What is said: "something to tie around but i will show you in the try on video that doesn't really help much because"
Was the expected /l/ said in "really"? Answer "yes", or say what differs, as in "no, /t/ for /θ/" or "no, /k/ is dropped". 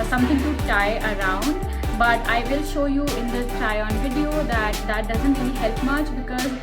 no, /n/ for /l/